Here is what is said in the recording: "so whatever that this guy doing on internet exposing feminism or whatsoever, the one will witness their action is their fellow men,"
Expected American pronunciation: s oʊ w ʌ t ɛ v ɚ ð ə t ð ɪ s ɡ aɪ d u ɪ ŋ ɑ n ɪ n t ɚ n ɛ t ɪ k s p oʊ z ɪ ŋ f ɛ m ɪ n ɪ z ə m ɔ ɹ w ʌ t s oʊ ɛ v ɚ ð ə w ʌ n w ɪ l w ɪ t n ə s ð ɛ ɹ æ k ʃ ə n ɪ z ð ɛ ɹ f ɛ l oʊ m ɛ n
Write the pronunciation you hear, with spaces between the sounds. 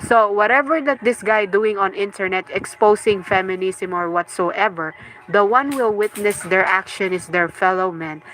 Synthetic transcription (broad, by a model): s oʊ w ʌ t ɛ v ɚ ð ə t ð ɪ s ɡ aɪ d u ɪ ŋ ɑ n ɪ n t ɚ n ɛ t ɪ k s p oʊ s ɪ ŋ f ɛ m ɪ n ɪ s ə m ɔ ɹ w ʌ t s oʊ ɛ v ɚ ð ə w ʌ n w ɪ l w ɪ t n ə s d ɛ ɹ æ k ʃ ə n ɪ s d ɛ ɹ f ɛ l oʊ m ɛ n